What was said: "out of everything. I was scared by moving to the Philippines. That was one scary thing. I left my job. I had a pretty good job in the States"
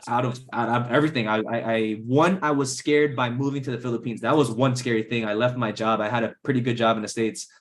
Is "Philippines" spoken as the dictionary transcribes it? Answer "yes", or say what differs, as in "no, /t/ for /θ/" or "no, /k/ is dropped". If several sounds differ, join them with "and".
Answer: yes